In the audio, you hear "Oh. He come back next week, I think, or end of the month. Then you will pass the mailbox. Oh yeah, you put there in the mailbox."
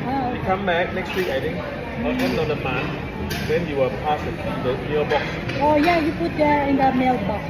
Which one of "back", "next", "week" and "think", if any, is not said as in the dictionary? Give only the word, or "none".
think